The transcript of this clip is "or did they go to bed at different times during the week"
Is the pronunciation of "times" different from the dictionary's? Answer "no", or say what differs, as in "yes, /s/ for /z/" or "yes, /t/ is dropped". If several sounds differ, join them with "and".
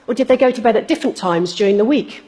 no